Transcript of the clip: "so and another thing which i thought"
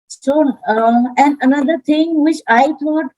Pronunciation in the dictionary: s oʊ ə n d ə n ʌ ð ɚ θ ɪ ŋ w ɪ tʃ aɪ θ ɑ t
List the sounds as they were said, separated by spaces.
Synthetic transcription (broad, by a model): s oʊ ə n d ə n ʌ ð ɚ t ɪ ŋ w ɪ tʃ aɪ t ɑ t